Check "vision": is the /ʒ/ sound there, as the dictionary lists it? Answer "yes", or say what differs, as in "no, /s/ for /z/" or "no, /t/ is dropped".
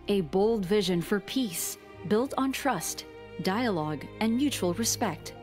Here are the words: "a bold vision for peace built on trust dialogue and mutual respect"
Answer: yes